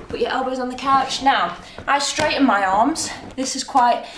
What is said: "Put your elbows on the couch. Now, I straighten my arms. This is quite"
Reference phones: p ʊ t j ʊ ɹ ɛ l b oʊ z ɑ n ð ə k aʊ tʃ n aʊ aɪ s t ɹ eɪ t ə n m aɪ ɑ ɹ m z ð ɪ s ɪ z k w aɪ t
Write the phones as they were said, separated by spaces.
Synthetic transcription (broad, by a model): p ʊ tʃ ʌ ɹ ɛ l b oʊ z n ð ə k aʊ tʃ n aʊ aɪ s t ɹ eɪ t n m aɪ ɑ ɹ m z ð ɪ s ɪ z k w aɪ t